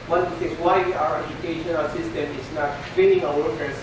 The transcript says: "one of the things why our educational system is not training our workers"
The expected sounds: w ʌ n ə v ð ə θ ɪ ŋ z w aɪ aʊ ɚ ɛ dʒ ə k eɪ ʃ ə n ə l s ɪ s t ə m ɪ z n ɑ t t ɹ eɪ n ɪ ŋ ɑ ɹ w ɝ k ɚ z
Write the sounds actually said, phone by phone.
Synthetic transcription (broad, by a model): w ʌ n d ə s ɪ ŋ w aɪ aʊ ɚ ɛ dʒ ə k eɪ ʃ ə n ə l s ɪ s t ə m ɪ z n ɑ t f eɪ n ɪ ŋ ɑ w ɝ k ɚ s